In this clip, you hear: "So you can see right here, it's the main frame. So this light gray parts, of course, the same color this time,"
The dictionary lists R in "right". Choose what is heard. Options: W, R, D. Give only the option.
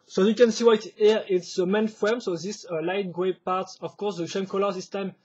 W